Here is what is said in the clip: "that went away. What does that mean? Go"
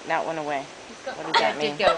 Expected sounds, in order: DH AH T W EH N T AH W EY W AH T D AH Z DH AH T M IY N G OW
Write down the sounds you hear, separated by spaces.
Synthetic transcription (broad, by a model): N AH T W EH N AH W EY W AH T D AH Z DH AH T M IY N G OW